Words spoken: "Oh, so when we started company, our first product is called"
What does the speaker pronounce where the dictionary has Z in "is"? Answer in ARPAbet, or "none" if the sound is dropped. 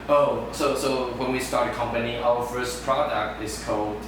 S